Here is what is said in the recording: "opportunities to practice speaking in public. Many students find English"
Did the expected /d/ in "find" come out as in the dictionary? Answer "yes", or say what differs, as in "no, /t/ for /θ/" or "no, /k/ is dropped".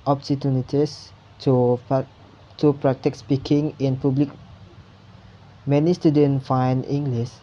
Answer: no, /d/ is dropped